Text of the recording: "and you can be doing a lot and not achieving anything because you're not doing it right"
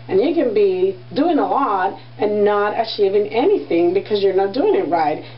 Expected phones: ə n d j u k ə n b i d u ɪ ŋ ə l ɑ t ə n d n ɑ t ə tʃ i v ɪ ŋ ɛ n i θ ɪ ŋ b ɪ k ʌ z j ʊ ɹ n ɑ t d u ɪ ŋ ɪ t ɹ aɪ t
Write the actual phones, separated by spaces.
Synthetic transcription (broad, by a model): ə n j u k ə n b i d u ɪ ŋ ə l ɑ t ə n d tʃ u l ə i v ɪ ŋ ɛ n i θ ɪ ŋ b ɪ k ʌ z j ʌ ɹ n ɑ t d u ɪ ŋ ɪ t ɹ aɪ t